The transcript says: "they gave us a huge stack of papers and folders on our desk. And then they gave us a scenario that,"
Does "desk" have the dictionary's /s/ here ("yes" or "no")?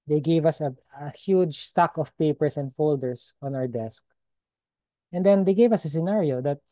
yes